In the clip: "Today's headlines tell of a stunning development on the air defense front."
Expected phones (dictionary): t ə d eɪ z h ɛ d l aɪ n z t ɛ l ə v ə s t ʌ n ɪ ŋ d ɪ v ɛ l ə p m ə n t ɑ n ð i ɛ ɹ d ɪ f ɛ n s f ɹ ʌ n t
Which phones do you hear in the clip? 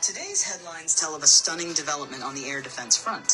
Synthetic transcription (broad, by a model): t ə d eɪ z h ɛ d l aɪ n z t ɛ l ə v ə s t ʌ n ɪ ŋ d ɪ v ɛ l ə p m ə n t n ð i ɛ ɹ d ɪ f ɛ n s f ɹ ʌ n t